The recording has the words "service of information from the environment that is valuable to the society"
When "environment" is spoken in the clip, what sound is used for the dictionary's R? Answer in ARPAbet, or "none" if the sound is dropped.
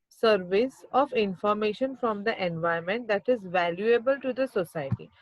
none